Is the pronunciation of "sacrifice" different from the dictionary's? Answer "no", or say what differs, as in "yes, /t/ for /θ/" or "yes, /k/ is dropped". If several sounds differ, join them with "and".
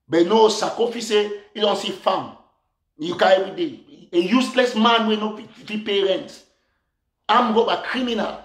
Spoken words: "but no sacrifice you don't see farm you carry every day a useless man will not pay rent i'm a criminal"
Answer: yes, /ɹ/ is dropped